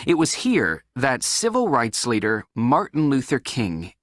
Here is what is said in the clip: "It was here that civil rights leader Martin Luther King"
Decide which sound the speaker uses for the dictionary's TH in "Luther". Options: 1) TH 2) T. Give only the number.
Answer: 1